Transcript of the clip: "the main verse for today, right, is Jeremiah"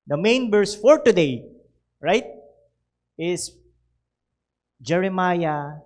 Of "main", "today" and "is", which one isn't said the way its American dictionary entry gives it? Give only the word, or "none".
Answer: is